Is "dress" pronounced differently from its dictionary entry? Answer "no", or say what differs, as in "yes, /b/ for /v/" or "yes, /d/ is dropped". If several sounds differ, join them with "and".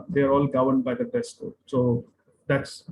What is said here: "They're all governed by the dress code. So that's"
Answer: yes, /ɹ/ is dropped